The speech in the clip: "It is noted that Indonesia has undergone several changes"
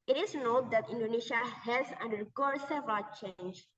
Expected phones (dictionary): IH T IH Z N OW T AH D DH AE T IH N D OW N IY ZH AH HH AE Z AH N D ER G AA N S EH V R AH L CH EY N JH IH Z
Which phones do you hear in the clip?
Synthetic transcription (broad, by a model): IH T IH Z N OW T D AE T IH N D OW N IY SH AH HH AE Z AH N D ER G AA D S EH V AH CH EY N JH